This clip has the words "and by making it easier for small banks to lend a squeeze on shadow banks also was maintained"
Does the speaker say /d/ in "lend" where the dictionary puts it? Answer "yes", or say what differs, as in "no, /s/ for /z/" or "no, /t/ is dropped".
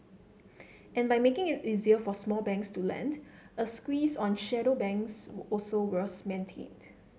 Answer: yes